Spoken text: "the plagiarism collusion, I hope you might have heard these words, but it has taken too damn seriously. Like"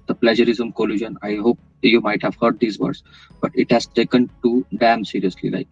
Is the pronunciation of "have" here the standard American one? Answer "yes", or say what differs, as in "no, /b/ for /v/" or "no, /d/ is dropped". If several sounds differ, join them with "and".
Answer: yes